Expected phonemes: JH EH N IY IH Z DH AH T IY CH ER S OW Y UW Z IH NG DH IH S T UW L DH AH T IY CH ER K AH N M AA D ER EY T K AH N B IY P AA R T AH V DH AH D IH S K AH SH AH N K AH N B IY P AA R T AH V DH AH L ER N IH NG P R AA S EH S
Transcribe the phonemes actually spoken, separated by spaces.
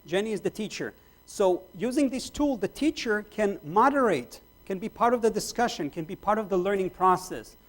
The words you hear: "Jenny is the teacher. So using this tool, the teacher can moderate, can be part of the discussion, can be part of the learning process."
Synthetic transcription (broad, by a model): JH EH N IY IH Z DH AH T IY CH ER S OW Y UW Z IH NG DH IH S T UW L DH AH T IY CH ER K AH N M AA D ER EY T K AH N B IY P AA R T AH V DH AH D IH S K AH SH AH N K AH N B IY P AA R T AH V DH AH L ER N IH NG P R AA S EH S